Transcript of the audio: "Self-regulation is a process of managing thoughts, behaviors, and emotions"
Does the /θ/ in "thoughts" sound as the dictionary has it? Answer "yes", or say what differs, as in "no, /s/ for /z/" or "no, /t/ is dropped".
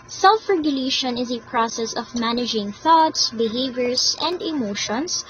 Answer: yes